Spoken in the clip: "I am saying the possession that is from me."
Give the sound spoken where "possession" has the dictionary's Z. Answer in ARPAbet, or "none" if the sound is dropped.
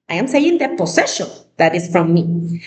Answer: S